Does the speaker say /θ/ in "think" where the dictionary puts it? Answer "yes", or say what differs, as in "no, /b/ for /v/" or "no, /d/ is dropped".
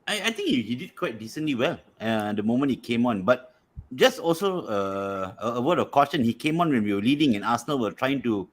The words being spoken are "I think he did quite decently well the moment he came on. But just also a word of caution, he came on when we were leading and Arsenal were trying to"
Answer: no, /t/ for /θ/